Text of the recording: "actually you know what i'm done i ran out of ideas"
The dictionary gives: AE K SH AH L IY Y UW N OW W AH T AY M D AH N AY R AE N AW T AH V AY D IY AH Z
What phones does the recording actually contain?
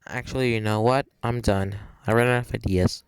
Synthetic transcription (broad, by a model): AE K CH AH L IY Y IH N OW W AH T AY M D AH N AY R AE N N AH F AY D IY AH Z